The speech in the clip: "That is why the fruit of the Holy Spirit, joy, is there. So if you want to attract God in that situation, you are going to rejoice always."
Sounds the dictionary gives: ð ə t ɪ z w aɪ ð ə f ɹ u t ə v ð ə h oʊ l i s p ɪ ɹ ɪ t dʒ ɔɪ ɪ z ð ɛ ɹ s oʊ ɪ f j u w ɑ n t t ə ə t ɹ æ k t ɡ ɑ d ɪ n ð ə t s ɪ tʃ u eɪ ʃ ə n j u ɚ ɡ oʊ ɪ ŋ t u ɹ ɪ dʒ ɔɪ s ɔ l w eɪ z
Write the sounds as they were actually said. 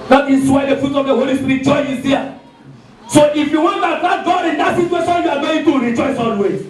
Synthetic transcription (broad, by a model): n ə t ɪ s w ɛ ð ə f ɹ u t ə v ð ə h oʊ l i s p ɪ ɹ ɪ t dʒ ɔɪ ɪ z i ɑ s oʊ ɪ f j u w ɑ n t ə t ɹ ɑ t ɡ ɑ d ɪ n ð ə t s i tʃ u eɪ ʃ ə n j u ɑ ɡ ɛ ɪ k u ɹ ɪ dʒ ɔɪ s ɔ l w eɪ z